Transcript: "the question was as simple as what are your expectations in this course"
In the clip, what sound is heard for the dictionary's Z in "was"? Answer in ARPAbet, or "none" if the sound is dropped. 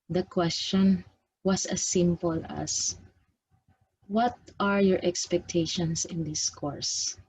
S